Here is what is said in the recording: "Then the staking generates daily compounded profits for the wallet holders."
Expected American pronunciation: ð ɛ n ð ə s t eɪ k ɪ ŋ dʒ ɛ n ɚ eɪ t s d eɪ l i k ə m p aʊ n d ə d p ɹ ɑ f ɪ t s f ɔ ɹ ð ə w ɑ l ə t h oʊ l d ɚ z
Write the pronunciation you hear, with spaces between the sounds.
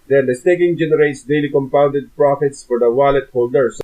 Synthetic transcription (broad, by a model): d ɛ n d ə s t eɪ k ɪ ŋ dʒ ɛ n ɚ eɪ t s d eɪ l i k ə m p aʊ n d ə d p ɹ ɑ f ɪ t s f ɔ ɹ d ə w ɑ l ə t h oʊ l d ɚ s